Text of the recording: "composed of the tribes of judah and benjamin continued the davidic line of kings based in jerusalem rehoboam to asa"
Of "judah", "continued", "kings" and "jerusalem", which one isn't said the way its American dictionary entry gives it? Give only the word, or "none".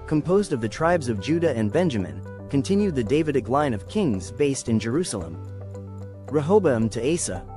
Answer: none